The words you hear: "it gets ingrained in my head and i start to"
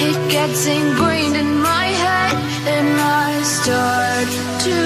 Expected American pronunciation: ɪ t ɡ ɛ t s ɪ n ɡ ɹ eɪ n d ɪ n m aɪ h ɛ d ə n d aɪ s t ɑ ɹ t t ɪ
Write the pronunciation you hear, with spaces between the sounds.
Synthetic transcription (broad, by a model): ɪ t ɡ ɛ t s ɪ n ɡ ɹ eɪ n ɪ n m aɪ h ɛ d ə n aɪ s t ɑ ɹ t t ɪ